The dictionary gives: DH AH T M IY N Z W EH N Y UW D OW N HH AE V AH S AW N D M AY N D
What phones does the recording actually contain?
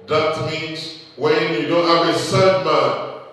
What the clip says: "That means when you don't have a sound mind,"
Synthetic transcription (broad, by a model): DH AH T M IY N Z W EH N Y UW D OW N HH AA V AH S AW D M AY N